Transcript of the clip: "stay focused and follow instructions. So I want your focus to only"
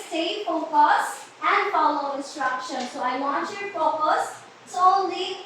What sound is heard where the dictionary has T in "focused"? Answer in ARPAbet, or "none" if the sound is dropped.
none